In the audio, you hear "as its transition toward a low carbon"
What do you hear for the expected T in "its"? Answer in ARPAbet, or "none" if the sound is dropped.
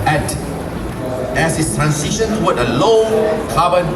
S